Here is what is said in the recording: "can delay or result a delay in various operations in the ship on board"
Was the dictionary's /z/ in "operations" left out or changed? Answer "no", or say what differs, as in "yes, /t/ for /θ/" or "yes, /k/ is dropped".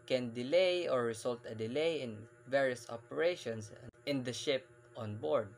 yes, /s/ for /z/